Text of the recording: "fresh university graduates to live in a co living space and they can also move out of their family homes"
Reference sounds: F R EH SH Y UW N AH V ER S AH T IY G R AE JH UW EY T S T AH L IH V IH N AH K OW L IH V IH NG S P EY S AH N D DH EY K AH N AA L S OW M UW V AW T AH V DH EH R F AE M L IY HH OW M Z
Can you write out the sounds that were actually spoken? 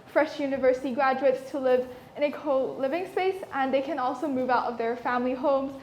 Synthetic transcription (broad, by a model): F R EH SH Y UW N AH V ER S AH T IY G R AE JH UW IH T S T AH L IH V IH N AH K OW L IH V IH NG S P EY S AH N DH EY K AH N AA L S OW M UW V AW T AH V DH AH R F AE M L IY HH OW M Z